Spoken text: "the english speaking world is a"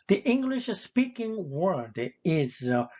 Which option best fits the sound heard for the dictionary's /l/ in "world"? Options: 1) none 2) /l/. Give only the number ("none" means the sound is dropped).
1